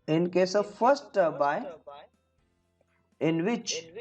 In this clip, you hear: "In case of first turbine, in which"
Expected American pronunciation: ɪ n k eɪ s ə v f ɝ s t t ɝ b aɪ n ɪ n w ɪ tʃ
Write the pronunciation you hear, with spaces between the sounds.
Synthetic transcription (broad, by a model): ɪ n k eɪ s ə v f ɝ s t t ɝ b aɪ ɪ n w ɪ tʃ